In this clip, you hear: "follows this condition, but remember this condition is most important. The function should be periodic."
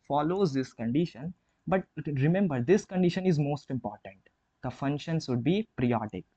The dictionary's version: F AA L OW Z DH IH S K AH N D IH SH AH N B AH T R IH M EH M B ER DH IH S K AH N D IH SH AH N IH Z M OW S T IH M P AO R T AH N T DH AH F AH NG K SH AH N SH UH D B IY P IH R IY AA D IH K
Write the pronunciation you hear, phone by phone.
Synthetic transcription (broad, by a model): F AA L OW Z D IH S K AH N D IH SH AH N B AH T R IH M EH M B ER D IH S K AH N D IH SH AH N IH Z M OW S T IH M P AO R T AH N T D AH F AH NG K SH AH N S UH D B IY P R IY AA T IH K